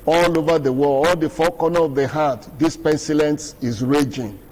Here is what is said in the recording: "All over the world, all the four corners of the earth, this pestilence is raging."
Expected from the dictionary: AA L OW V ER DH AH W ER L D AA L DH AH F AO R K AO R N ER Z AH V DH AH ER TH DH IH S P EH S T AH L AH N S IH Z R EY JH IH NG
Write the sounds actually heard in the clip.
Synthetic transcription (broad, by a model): AA L OW V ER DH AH W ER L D AA L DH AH F AO K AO N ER AH V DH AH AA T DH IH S P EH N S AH L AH N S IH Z R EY JH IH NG